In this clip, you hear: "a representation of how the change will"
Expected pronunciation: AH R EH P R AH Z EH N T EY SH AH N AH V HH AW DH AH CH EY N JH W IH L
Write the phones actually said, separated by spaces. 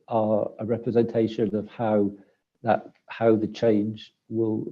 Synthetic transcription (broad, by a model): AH R EH P R AH Z EH N T EY SH AH N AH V HH AW DH AH CH EY N JH W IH L